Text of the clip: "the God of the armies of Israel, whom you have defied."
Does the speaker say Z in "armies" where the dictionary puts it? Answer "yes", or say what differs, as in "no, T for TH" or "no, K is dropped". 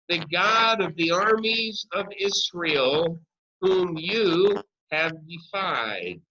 yes